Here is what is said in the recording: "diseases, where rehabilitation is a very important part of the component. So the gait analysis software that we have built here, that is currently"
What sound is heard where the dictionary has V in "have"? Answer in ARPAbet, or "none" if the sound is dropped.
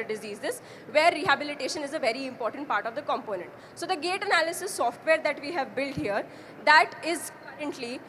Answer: V